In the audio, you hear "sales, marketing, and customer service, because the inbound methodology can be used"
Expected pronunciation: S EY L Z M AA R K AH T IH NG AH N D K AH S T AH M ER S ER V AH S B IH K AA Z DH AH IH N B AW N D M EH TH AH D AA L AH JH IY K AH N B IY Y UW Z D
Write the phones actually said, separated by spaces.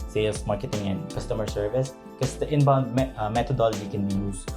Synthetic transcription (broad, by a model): S EY L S M AA R K AH T IH NG AH N D K AH S T AH M ER S ER V AH S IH K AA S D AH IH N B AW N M M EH T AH D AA L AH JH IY K AH N B IY Y UW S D